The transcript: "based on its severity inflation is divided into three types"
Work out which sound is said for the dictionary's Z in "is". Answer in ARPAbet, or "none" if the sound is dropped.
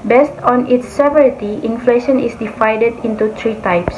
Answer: S